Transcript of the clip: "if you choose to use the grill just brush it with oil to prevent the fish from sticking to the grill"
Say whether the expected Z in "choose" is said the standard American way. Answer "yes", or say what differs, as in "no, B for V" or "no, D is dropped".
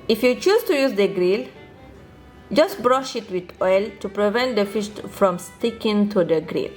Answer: no, S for Z